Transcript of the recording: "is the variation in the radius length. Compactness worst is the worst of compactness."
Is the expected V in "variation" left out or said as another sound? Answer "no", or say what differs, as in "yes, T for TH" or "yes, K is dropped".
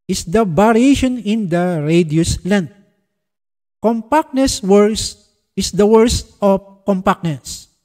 yes, B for V